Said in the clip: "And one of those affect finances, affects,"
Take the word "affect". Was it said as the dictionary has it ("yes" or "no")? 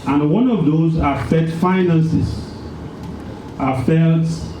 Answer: no